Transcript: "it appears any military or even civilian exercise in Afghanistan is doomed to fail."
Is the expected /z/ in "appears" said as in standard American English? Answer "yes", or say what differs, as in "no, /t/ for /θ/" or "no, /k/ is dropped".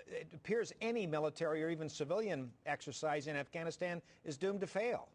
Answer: yes